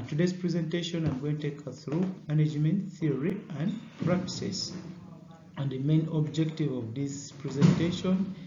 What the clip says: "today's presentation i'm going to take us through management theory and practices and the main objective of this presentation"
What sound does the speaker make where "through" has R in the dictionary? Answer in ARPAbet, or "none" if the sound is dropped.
R